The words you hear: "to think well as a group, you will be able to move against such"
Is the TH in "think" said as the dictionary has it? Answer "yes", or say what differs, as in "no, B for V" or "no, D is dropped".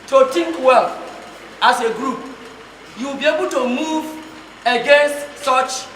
no, T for TH